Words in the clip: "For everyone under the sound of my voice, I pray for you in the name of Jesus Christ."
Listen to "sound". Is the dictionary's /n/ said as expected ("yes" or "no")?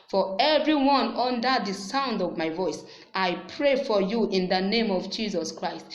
yes